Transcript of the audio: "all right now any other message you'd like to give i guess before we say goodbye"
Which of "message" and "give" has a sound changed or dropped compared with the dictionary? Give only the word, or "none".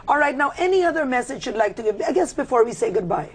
none